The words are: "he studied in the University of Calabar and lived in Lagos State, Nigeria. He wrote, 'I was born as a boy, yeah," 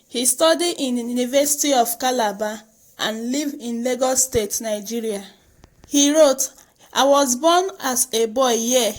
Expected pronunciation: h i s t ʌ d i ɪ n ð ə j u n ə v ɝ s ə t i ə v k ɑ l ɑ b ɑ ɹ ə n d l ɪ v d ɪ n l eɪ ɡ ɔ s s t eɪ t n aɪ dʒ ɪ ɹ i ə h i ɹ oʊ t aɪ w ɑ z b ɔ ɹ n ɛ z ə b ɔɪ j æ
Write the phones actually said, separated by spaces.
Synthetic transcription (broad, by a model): h i s t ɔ d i ɪ n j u n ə v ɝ s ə t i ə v k ɑ l ɑ b ɑ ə n l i v ɪ n l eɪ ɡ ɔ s s t eɪ t n aɪ dʒ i ɹ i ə h i ɹ oʊ t aɪ w ɑ z b ɔ n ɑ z ə b ɔɪ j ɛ